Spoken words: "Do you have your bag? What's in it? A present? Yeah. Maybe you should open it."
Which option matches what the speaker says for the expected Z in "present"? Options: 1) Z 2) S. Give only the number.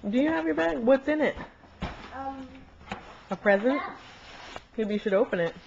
1